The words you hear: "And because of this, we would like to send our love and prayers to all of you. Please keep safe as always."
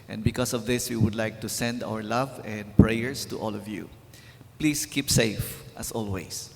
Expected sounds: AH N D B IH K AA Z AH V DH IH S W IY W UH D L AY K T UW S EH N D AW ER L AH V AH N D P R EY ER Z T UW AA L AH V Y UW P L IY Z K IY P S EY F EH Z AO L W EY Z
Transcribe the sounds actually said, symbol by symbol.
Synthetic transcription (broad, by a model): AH N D B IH K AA S AH V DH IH S W IY W UH D L AY K T UW S EH N D AW ER L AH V AH N D P R EY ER S T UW AA L AH V Y UW P L IY S K IY P S EY F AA S AO L W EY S